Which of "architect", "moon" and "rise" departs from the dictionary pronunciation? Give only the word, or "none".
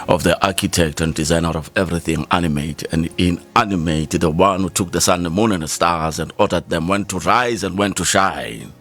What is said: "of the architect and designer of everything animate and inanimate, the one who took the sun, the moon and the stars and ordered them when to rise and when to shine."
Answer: none